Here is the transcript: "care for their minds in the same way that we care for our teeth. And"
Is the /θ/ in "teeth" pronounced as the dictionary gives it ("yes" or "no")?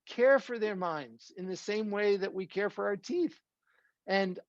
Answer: yes